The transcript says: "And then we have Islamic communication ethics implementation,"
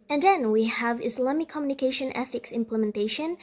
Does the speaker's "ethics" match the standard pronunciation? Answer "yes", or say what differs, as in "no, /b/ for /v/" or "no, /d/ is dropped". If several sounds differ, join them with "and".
yes